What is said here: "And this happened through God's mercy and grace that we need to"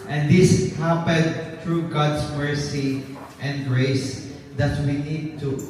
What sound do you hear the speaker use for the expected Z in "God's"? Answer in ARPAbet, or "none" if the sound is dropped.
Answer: S